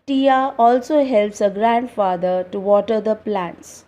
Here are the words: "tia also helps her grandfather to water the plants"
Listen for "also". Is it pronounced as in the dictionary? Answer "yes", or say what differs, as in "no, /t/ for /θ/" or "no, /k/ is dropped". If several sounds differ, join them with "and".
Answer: yes